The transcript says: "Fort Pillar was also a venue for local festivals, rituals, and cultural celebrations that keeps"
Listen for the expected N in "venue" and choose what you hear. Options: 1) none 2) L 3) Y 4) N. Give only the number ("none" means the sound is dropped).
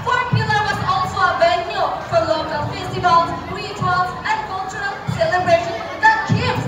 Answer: 2